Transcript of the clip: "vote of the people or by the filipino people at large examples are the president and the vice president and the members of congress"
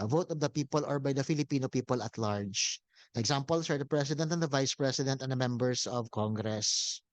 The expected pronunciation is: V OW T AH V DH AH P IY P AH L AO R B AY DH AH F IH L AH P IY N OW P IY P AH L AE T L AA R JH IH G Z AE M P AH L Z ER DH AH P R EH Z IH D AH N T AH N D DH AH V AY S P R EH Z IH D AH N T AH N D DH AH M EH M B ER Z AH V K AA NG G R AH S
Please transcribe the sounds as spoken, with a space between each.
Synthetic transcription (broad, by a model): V OW T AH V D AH P IY P AH L AO R B AY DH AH F IH L AH P IY N OW P IY P AH L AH T L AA R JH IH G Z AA M P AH L S ER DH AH P R EH S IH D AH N T AH N D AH V AY S P R EH S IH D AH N T AH N D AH M EH M B ER S AH V K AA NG G R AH S